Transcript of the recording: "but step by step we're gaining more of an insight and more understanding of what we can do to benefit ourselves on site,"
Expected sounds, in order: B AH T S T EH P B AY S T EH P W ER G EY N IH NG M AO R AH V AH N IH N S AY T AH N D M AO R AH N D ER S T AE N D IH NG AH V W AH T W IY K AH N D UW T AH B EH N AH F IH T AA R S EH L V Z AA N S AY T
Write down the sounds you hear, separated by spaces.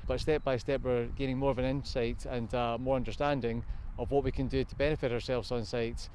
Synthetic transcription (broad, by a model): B AH T S T EH P B AY S T EH P W ER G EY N IH NG M AO R AH V AH N IH N S AY T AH N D M AO R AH N D ER S T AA N D IH NG AH V W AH T W IY K AH N D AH T AH B EH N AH F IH T AA R S EH L V Z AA N S AY T